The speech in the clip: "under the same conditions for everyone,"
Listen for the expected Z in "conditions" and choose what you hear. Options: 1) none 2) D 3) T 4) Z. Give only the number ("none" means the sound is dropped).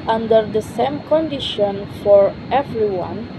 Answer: 1